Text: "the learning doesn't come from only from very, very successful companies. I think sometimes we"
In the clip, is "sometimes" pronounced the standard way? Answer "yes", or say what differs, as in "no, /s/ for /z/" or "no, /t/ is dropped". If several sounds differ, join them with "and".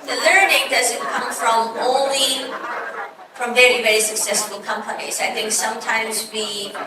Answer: yes